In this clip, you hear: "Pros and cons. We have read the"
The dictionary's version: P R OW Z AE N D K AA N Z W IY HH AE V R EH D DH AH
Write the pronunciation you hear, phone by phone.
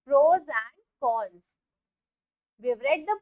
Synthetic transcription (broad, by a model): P R OW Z AE N D K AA L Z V IY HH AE V R EH D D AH